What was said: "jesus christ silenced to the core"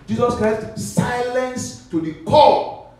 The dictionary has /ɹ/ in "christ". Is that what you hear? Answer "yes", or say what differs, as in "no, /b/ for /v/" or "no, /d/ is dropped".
yes